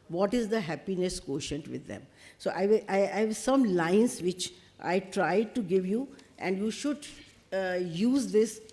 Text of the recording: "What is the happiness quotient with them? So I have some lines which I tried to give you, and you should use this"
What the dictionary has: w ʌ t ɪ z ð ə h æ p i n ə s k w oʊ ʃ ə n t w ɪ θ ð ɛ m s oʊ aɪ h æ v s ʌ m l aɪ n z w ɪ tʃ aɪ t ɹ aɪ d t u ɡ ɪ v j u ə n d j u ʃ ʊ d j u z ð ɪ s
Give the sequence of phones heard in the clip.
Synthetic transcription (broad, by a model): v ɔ t ɪ z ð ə h æ p i n ə s k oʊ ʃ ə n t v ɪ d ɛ m s oʊ aɪ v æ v s ʌ m l aɪ n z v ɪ tʃ aɪ t ɹ aɪ d t u ɡ ɪ v j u ə n d j u ʃ ʊ d j u z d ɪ s